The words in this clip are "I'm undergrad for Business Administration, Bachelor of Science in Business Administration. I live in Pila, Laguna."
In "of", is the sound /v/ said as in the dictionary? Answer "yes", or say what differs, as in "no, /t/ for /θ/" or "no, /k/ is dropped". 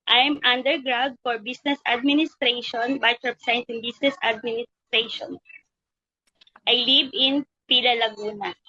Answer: no, /p/ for /v/